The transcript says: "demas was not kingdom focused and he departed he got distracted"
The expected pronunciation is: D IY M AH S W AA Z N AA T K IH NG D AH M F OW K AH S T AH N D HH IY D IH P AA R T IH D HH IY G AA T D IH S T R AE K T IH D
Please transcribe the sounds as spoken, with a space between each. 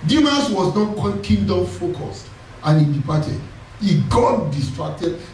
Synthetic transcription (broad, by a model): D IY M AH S W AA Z N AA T K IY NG D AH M F OW K AH S T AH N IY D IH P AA T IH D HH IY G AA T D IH S T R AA K T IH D